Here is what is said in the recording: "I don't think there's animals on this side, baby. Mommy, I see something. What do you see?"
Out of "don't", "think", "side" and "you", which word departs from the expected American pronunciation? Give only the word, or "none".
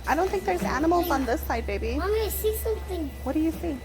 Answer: think